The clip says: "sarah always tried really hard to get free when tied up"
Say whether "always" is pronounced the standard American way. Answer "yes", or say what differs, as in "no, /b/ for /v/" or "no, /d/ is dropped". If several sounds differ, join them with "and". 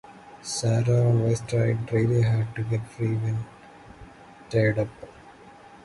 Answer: no, /s/ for /z/